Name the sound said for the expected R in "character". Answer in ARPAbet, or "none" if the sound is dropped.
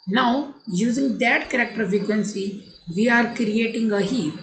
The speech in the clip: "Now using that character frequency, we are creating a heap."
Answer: R